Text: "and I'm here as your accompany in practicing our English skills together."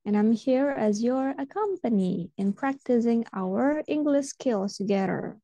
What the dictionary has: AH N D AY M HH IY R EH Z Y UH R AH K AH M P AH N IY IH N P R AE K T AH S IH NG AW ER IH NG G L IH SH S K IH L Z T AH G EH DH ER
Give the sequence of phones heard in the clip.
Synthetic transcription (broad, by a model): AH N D AY M HH IY R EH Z Y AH R AH K AH M P AH N IY IH N P R AE K T AH S IH NG AW ER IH NG G L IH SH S K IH L T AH G EH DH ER